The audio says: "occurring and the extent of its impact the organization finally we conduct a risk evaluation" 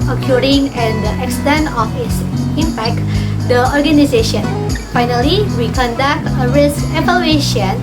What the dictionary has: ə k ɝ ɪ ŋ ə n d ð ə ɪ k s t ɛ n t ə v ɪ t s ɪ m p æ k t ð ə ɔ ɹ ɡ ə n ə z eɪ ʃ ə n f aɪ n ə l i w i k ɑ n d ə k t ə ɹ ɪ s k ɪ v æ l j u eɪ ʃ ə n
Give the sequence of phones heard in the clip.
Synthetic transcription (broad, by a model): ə k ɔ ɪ ŋ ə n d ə ɪ k s t ɛ n t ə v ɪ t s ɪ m p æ k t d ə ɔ ɹ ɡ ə n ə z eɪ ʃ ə n f aɪ n ə l i w i k ɑ n d ə k t ə ɹ ɪ s k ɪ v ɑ l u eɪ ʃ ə n